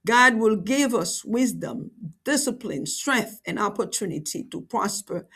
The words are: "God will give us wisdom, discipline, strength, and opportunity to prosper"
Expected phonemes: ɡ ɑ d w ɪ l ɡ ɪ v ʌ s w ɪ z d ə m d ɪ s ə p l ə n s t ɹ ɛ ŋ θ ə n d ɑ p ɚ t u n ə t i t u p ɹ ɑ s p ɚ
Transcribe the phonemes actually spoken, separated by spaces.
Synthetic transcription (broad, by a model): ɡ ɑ d w ɪ l ɡ ɪ v ʌ s w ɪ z d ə m d ɪ s ə p l ə n s t ɹ ɛ ŋ θ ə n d ɑ p ɚ t u n ə t i t u p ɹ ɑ s p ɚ